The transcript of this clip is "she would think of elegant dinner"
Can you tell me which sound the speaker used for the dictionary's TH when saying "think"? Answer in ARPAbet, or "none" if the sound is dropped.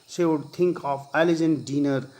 T